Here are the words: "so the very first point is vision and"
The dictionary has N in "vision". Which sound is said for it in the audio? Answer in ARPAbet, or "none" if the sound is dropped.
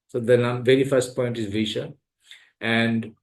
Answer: none